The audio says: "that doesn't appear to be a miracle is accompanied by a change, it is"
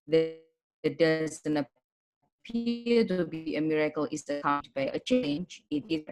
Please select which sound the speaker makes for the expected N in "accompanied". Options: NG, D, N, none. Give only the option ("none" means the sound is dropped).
none